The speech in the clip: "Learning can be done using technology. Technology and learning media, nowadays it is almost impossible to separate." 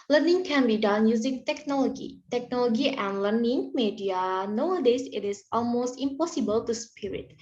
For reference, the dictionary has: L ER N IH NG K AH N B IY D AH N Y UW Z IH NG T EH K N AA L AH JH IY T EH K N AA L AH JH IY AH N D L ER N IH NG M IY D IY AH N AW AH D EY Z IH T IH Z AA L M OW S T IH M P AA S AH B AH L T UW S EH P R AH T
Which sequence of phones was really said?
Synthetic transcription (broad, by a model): L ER N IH NG K AH N B IY D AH N Y UW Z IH NG T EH K N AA L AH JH IY T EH K N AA L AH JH IY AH N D L ER N IH NG M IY D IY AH N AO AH D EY S IH T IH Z AA L M OW S T IH M P AA S AH B AH L T UW S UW P R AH T